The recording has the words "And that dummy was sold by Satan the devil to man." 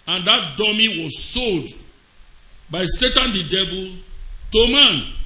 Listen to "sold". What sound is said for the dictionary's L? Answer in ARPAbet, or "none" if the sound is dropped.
L